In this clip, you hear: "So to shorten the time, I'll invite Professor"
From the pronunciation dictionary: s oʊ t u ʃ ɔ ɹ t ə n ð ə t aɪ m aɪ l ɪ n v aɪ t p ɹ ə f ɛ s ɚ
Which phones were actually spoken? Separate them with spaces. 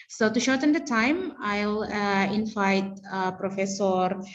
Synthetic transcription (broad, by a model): s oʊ t u ʃ ɔ ɹ t ə n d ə t aɪ m aɪ l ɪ n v aɪ t p ɹ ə f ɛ s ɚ